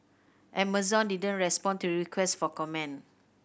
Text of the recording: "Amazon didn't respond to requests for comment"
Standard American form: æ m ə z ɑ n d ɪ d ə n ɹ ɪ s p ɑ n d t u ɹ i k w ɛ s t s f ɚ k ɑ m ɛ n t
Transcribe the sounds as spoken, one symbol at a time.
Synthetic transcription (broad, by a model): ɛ m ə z ɑ n d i d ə n ɹ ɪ s p ɑ n t u ɹ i k w ɛ s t f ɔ k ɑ m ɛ n